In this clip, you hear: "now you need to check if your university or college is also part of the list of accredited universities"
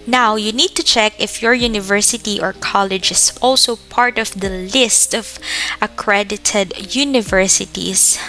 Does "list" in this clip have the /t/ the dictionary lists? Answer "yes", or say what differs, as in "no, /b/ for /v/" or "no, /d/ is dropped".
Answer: yes